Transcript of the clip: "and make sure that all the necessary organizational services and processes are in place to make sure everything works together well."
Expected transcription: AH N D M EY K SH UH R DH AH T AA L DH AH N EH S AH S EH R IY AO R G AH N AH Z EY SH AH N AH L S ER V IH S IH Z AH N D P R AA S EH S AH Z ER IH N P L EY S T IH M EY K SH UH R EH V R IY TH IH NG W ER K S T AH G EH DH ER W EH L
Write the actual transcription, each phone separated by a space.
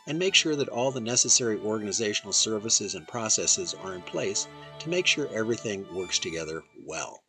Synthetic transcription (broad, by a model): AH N M EY K SH UH R DH AH T AA L DH AH N EH S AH S EH R IY AO R G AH N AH Z EY SH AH N L S ER V IH S IH Z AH N P R AA S EH S AH Z ER IH N P L EY S T IH M EY K SH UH R EH V R IY TH IH NG W ER K S T AH G EH DH ER W EH L